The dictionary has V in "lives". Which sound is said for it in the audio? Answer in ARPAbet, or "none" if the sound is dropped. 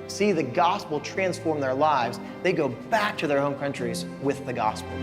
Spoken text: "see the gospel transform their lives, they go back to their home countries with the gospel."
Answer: V